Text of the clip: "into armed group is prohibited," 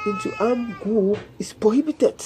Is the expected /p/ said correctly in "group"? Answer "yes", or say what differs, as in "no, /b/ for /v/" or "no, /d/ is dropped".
no, /p/ is dropped